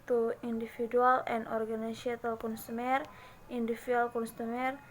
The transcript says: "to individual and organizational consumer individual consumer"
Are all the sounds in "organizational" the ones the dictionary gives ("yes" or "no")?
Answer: no